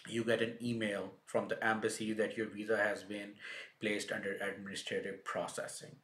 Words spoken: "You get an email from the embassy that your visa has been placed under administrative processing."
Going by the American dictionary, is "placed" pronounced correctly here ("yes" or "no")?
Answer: yes